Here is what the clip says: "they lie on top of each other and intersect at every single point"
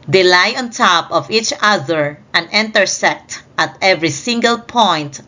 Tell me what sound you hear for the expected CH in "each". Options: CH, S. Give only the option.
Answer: CH